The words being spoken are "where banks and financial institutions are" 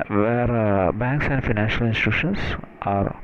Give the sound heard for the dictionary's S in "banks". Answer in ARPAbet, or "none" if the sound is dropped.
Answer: S